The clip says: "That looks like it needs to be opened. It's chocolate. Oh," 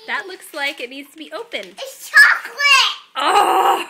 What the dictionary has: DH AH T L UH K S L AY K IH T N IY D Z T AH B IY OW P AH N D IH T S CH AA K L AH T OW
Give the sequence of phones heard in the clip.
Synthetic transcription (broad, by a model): DH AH T L UH K S L AY K IH T N IY D Z T AH B IY OW P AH N IH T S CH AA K L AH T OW